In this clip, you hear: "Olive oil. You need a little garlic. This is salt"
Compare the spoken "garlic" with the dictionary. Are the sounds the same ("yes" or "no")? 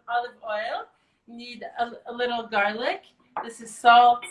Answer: yes